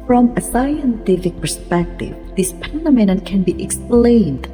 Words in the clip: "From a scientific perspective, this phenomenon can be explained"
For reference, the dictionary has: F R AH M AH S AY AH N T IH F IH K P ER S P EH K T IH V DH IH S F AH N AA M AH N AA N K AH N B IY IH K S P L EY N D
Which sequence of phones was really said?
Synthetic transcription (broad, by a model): F R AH M AH S AY AH N T IH F IH K P ER S P EH K T IH V DH IH S P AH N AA M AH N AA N K AH N B IY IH K S P L EY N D